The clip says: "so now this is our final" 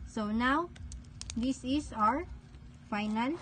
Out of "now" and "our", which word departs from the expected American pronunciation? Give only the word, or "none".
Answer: none